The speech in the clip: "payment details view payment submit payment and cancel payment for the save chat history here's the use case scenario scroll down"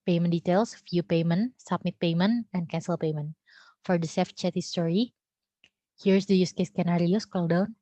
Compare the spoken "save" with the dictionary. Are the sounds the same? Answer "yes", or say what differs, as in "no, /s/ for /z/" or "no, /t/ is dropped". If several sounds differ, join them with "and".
no, /f/ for /v/